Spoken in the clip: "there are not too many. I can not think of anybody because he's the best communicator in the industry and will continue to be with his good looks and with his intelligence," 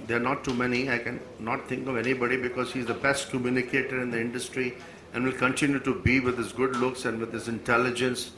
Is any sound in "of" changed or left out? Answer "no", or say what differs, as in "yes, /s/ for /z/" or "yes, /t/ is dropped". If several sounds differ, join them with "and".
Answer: no